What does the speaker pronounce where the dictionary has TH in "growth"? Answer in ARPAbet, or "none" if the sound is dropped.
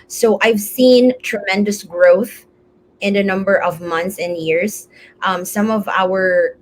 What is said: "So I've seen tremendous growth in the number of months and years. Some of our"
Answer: TH